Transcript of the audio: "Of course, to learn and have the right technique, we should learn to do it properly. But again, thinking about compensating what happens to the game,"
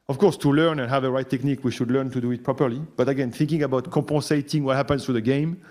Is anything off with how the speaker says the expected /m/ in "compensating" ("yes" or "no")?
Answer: yes